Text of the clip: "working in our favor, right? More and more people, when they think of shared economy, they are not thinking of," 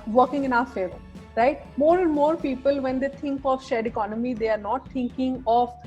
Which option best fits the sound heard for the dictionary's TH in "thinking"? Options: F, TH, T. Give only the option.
T